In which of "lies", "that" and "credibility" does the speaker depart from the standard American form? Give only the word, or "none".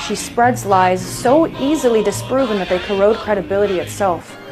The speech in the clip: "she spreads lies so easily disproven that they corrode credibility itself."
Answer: none